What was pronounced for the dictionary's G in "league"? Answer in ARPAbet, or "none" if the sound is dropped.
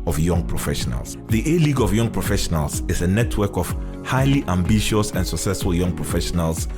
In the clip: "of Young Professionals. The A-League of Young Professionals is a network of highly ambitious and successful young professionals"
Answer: G